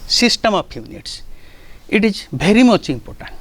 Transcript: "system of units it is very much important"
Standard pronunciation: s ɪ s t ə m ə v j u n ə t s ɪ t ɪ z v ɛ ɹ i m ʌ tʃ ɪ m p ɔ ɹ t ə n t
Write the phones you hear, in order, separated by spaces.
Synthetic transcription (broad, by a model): s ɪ s t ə m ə p j u n ə t s ɪ t ɪ z b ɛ ɹ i m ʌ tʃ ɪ m p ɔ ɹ t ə n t